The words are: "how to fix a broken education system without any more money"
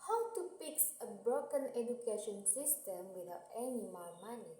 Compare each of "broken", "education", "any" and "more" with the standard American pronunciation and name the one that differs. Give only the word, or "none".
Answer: more